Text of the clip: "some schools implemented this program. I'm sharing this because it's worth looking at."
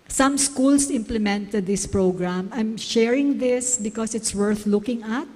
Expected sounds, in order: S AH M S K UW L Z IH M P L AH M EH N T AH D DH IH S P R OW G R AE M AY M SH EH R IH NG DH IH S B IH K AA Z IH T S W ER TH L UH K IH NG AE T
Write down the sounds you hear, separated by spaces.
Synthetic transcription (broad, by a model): S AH M S K UW L S IH M P L AH M EH N T AH D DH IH S P R OW G R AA M AY M SH EH R IH NG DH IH S B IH K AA S IH T S W ER TH L UH K IH NG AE T